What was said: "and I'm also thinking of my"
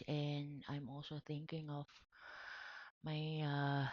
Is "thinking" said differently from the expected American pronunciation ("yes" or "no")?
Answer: no